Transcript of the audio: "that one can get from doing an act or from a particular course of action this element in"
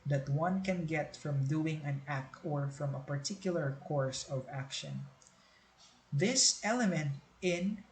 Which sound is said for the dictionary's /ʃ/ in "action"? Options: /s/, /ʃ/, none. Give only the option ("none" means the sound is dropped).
/ʃ/